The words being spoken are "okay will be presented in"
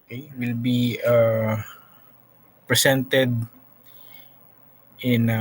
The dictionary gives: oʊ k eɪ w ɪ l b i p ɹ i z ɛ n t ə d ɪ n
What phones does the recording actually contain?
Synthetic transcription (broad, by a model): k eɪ w ɪ l b i p ɹ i s ɛ n t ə d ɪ n